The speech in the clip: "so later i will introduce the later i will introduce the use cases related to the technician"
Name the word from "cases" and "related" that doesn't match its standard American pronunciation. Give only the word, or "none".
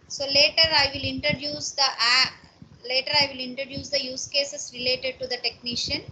cases